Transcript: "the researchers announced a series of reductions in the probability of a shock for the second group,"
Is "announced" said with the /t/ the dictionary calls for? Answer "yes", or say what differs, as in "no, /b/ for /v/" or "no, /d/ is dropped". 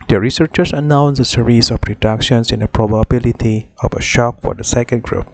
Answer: no, /t/ is dropped